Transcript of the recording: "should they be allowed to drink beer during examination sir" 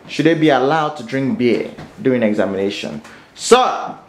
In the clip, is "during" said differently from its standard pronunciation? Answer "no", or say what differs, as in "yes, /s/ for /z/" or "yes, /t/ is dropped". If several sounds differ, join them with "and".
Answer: yes, /ɹ/ is dropped